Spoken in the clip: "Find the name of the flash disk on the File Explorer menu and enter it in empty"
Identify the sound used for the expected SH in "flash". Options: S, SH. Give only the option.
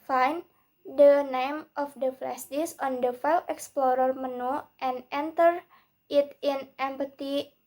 S